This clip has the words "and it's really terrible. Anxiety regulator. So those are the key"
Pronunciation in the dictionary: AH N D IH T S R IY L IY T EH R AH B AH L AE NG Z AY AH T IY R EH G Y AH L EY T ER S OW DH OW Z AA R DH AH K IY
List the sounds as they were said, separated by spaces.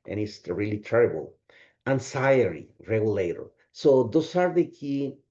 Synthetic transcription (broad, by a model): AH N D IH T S R IY L IY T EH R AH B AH L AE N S AY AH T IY R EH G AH L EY T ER S OW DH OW S AA R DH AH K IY